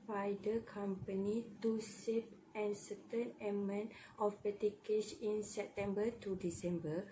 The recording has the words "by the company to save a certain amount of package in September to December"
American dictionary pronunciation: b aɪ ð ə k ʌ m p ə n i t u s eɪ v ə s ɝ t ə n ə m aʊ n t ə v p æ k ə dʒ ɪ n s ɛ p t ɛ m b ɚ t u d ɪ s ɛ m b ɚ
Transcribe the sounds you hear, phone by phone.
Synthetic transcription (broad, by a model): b aɪ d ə k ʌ m p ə n i t u s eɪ p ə s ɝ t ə n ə m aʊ n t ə f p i k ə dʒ ɪ n s ɛ p t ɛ m b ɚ t u d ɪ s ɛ m b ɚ